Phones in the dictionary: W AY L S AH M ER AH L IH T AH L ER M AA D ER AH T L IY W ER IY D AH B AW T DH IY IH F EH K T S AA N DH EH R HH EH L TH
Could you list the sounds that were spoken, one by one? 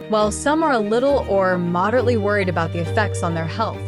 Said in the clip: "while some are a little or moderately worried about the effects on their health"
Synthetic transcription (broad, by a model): W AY L S AH M ER AH L IH T L ER M AA D ER AH T L IY W ER IY D AH B AW T DH IY IH F EH K T S N DH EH R HH EH L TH